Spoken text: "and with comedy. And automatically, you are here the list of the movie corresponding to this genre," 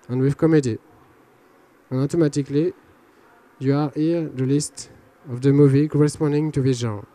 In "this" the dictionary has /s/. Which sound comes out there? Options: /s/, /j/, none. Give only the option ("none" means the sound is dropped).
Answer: none